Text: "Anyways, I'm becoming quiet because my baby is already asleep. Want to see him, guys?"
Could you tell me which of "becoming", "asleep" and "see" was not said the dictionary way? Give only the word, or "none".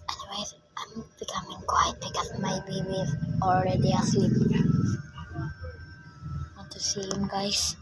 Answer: asleep